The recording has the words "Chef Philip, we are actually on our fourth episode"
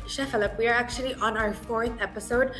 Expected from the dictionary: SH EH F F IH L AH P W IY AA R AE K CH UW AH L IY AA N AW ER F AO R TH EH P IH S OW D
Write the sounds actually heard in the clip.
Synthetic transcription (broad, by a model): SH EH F F IH L AH P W IY AA R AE K CH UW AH L IY AA N AW ER F AO R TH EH P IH S OW D